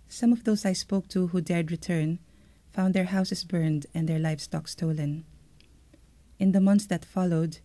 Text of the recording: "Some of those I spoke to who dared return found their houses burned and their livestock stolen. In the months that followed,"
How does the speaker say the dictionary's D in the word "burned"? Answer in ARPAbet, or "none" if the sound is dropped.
D